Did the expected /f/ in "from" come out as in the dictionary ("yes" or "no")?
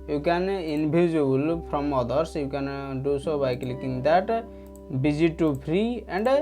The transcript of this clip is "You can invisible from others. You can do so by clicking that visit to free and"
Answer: no